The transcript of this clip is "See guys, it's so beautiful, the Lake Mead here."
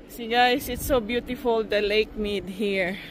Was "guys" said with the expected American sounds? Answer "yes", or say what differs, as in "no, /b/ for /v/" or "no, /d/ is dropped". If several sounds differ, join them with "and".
no, /s/ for /z/